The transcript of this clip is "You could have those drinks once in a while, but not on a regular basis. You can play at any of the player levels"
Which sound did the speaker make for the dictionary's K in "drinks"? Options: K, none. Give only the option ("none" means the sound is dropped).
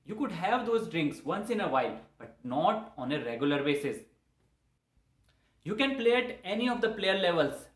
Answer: K